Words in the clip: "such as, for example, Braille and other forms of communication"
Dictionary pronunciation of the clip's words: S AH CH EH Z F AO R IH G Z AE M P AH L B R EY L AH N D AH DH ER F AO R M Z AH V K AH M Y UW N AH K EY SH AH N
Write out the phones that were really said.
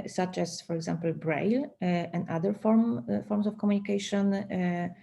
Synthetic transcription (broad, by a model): S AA CH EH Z F AO R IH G Z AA M P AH L B R EY L AH N D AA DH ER F AO R M S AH F K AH M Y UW N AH K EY SH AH N